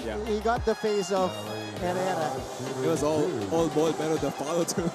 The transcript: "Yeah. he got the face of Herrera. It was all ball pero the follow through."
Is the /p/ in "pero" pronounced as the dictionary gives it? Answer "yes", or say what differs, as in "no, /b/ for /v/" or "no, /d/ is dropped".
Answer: no, /b/ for /p/